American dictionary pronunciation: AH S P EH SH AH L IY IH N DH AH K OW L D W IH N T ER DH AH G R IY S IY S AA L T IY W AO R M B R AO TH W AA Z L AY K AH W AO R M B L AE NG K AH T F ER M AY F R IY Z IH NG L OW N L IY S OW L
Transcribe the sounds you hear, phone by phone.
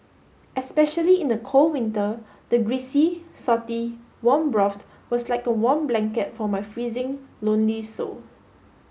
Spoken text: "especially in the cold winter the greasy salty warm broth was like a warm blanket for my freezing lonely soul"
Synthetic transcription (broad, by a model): AH S P EH SH AH L IY IH N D AH K OW L W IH N T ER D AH G R IY S IY S AA T IY W AO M B R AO T W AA S L AY K AH W AO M B L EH NG K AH T F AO M AY F R IY Z IH NG L OW N L IY S OW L